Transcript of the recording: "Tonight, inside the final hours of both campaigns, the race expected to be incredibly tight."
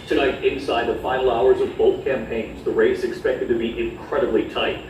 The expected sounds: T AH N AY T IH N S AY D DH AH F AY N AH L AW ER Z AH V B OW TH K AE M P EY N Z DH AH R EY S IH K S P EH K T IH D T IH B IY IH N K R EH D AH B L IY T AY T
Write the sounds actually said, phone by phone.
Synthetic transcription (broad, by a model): T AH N AY T IH N S AY D DH AH F AY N L AW ER Z AH V B OW TH K AE M P EY N Z DH AH R EY S IH K S P EH K T IH D T IH B IY IH N K R EH D AH B L IY T AY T